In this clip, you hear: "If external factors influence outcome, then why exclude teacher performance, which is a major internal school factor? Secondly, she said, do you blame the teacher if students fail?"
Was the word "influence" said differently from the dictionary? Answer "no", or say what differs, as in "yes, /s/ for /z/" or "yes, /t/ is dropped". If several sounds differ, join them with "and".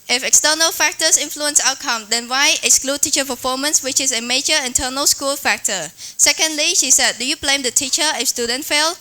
no